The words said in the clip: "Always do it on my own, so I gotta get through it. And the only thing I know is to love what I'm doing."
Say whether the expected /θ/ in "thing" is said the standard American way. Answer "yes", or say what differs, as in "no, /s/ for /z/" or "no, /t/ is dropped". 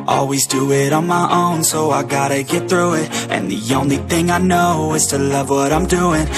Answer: yes